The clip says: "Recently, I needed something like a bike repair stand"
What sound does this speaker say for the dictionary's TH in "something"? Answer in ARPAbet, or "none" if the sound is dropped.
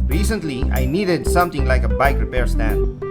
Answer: T